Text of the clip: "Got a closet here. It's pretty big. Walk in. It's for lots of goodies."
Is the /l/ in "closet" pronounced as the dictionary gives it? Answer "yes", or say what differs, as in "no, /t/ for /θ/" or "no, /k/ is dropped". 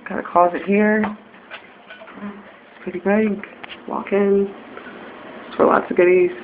no, /l/ is dropped